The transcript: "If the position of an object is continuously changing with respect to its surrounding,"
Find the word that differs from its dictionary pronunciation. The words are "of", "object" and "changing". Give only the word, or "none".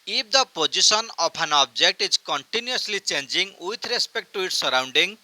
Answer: of